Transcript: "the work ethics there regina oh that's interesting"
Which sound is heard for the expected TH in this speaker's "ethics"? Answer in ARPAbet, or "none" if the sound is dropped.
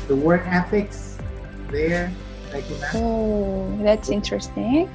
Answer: F